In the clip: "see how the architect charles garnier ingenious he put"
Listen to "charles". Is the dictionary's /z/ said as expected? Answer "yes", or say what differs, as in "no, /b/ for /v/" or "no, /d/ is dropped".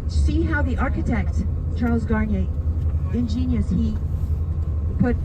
yes